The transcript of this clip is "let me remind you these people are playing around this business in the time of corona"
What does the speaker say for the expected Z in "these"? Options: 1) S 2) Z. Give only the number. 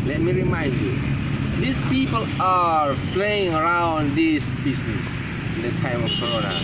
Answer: 1